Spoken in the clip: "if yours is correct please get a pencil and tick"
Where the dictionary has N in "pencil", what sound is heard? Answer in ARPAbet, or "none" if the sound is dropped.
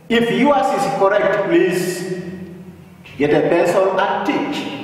none